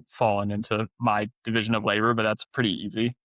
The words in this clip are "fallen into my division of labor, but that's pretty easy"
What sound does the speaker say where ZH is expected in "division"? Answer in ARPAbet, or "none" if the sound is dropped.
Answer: ZH